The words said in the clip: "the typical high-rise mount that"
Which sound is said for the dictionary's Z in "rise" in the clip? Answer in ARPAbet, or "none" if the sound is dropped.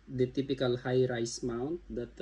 S